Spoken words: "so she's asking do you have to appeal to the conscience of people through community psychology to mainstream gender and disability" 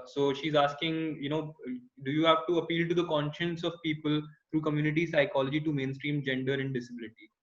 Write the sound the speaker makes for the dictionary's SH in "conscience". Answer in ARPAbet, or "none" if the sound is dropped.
SH